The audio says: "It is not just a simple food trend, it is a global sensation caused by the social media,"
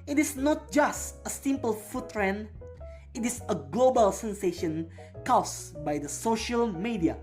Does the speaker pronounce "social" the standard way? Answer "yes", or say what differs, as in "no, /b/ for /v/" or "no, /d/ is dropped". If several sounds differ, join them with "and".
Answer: yes